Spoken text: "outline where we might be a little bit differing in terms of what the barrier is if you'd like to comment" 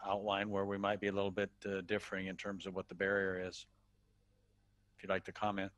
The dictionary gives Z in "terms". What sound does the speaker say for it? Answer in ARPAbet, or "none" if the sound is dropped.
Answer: Z